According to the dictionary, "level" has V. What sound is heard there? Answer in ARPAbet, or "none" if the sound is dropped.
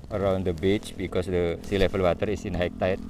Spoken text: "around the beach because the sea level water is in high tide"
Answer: F